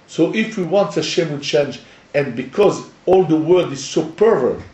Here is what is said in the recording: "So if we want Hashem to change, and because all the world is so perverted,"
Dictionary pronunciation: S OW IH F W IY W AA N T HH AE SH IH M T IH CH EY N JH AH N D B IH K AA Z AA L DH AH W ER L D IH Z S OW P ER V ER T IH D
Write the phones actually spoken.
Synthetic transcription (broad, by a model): S OW IH F W IY W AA N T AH SH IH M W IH CH EY N JH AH N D B IH K AA Z AA L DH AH W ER D IH Z S OW P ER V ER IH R